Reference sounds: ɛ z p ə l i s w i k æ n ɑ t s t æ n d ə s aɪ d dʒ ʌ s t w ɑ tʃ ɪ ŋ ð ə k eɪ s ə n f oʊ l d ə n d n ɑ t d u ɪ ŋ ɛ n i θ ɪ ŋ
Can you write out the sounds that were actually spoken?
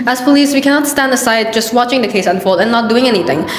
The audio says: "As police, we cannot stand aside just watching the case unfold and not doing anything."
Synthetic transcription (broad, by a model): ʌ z p ə l i s w i k æ n ɑ t s t æ n d ə s aɪ d dʒ ʌ s t w ɑ tʃ ɪ ŋ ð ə k eɪ s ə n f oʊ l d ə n n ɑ t d u ɪ ŋ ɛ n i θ ɪ ŋ